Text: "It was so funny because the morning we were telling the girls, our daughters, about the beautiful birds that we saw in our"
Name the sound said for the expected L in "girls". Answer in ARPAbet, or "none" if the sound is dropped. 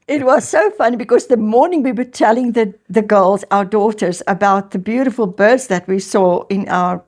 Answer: L